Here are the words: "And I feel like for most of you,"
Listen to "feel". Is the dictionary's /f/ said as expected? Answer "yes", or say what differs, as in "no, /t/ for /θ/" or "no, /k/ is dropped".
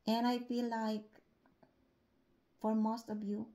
no, /p/ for /f/